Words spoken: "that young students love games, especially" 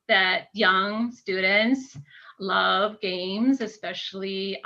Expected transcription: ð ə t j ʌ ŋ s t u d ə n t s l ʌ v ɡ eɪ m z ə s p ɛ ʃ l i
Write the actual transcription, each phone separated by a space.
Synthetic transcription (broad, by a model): ð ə t j ʌ ŋ s t u d n t s l ʌ v ɡ eɪ m z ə s p ɛ ʃ l i